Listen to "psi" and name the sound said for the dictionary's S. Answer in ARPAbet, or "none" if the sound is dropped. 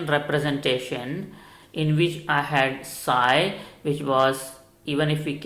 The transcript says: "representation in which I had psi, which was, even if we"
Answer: S